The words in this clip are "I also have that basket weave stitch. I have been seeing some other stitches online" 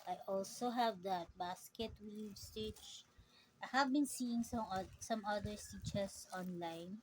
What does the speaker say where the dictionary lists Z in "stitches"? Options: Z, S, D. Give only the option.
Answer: S